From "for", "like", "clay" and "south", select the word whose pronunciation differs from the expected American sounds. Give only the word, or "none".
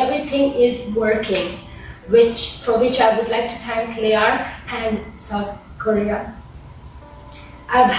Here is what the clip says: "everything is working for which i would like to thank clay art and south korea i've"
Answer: south